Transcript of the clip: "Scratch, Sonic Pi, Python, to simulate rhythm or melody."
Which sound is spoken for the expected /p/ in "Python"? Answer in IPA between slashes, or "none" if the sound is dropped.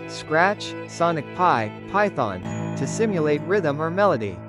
/p/